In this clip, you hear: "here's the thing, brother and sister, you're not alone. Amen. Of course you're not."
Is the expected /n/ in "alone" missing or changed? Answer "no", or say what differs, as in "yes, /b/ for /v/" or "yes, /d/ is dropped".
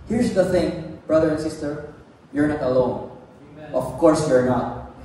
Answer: yes, /n/ is dropped